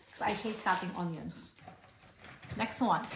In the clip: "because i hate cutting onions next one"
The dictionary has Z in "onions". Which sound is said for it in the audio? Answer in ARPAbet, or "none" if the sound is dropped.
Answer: S